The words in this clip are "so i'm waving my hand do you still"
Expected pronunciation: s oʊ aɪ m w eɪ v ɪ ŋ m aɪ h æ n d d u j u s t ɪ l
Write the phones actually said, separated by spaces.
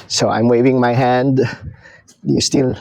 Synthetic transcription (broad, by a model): s oʊ aɪ m w eɪ v ɪ ŋ m aɪ h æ n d d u j u s t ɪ l